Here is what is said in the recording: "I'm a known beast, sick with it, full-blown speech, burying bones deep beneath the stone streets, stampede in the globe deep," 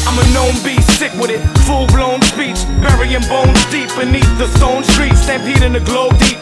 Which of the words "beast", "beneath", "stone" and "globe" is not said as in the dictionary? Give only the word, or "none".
none